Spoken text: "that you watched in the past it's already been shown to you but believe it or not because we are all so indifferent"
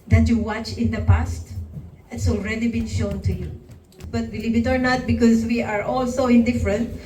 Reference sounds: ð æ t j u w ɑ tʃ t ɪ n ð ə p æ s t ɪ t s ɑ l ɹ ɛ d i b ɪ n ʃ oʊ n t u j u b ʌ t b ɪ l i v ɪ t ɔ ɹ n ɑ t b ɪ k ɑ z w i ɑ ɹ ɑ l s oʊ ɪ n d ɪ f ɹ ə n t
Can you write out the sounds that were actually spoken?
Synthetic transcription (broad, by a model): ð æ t j u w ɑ tʃ ɪ n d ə p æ s t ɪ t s ɑ l ɹ ɛ d i b ɪ n ʃ oʊ n t u j u b ʌ t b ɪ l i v ɪ t ɔ ɹ n ɑ t b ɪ k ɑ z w i ɑ ɹ ɑ l s oʊ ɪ n d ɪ f ɹ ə n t